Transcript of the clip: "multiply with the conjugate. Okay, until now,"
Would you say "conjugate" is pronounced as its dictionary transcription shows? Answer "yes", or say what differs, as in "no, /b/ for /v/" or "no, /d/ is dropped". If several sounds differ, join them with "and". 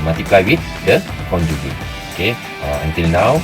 no, /t/ is dropped